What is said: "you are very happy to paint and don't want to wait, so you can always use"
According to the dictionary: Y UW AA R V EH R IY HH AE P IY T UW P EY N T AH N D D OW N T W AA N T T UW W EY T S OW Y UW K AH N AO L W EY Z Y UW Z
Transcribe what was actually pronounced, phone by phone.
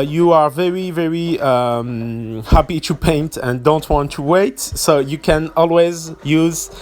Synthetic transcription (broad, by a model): Y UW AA R V EH R IY HH AE P IY T UW P EY N T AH N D D OW N T W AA N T T UW W EY T S OW Y UW K AH N AO L W EY Z Y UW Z